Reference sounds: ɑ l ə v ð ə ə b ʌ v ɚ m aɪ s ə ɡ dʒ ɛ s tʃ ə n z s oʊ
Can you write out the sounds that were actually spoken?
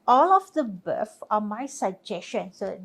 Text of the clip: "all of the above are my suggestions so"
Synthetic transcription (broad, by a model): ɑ l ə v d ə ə b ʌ f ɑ m aɪ s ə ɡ dʒ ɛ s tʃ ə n s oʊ